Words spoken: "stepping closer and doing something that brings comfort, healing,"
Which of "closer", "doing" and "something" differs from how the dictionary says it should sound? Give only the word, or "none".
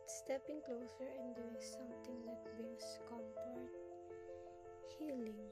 something